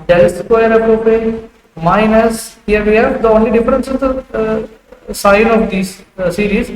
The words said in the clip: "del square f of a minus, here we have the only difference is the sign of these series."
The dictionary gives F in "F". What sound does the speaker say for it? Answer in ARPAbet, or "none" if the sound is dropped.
P